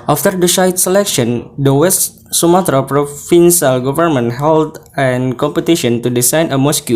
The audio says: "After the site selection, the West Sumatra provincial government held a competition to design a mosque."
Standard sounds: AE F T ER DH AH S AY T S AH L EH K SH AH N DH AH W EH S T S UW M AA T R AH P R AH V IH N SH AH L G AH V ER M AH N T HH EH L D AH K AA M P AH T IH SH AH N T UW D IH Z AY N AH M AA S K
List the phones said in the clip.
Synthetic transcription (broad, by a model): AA F T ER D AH SH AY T S AH L EH K SH AH N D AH W EH S T S UW M AA T R AH P R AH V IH N S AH L G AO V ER M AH N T HH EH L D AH K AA M P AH T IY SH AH N T UW D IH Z AY N AH M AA S K